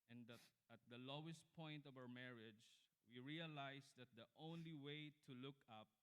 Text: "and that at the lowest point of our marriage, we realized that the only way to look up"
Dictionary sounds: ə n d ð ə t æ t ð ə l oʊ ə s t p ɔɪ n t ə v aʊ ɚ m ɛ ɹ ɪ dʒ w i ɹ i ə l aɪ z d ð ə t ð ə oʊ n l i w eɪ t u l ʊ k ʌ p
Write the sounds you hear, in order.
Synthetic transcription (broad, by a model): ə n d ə t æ t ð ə l oʊ ə s t p ɔɪ n t ə v aʊ ɚ m ɛ ɹ ɪ dʒ w i ɹ i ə l aɪ s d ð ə t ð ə oʊ n l i w eɪ t u l ʊ k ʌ p